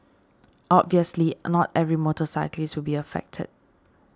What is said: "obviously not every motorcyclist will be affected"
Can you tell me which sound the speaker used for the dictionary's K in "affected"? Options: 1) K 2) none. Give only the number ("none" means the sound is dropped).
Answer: 1